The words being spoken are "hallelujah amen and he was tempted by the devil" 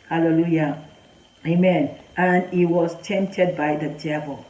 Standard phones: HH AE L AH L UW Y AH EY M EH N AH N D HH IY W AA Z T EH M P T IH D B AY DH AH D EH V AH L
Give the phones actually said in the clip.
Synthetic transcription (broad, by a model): HH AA L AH L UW Y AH EY M EH N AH N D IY W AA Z T EH M P T IH D B AY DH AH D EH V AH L